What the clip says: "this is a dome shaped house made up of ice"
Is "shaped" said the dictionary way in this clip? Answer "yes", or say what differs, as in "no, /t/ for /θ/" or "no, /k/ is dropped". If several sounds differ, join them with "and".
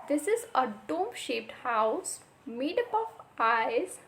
yes